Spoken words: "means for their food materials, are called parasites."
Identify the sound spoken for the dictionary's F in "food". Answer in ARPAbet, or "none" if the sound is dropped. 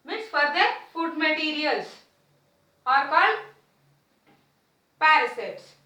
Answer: F